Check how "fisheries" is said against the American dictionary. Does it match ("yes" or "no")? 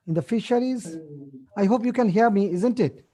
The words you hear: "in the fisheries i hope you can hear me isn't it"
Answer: yes